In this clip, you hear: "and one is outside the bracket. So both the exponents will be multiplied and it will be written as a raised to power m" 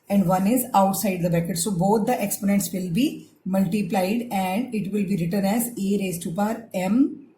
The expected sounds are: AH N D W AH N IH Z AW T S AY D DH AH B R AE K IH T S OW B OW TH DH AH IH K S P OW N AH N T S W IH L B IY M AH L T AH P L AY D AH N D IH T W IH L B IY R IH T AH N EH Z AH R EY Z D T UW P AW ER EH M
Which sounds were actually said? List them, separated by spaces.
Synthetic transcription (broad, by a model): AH N D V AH N IH Z AW T S AY D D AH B EH K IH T S OW B OW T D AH IH K S P OW N AH N T S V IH L B IY M AH L T AH P L AY D AH N D IH T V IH L B IY R IH T AH N EH Z AH R EY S T UW P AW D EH M